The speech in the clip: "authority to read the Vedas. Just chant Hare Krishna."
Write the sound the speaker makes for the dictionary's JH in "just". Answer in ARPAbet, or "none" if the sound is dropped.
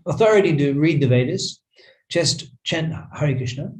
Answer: CH